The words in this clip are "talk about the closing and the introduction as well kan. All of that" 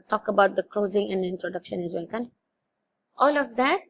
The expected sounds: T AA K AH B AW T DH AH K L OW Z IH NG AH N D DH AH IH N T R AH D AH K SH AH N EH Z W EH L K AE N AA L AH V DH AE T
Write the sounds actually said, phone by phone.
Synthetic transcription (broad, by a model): T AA K AH B AW T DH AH K L OW Z IH NG AH N D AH IH N T R AH D AH K SH AH N EH Z W EH L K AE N AA L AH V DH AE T